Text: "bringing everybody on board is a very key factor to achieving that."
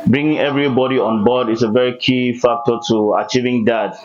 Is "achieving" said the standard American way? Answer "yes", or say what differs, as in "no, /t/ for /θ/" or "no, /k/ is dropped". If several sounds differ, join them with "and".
yes